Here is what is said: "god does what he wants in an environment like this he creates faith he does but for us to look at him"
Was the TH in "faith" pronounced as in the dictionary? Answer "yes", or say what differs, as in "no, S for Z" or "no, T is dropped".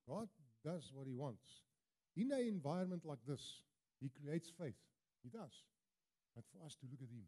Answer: yes